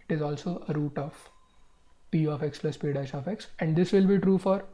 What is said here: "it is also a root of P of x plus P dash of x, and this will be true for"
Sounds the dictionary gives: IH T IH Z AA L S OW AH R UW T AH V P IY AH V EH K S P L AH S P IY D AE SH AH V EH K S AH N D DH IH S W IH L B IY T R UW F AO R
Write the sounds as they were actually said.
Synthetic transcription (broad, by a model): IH T IH Z AA L S OW AH R UW T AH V P IY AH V EH K S P L AH S P IY D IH S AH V EH K S AH N D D IH S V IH L B IY T R UW F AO R